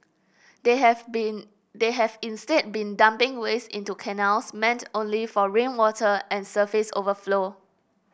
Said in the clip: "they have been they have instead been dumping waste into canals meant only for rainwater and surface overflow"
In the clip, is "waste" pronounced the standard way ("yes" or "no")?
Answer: no